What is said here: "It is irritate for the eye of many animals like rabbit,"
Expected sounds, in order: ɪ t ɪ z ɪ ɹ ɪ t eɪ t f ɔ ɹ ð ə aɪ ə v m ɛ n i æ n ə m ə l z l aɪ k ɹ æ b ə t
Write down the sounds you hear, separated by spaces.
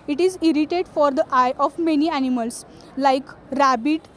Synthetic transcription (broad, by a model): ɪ t ɪ z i ɹ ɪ t eɪ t f ɔ ɹ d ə aɪ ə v m ɛ n i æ n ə m ə l s l aɪ k ɹ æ b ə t